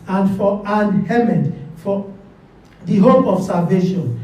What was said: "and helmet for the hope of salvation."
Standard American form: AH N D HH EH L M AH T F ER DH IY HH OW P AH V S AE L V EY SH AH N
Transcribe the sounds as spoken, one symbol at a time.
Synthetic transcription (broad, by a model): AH N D HH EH M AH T F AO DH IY HH OW P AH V S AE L V EY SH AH N